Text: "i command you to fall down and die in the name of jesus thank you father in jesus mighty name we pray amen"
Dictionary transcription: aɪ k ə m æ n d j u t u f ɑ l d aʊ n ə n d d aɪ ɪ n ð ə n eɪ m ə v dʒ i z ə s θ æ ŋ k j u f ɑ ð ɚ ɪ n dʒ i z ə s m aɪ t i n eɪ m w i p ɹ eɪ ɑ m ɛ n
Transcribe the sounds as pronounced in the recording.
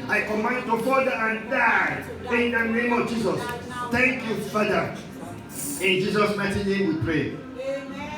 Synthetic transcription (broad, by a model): aɪ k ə m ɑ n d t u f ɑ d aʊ ə n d d aɪ ɪ n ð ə n eɪ m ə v dʒ i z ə s t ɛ ŋ k j u f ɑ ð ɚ ɪ n dʒ i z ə s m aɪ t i n eɪ m w i p ɹ eɪ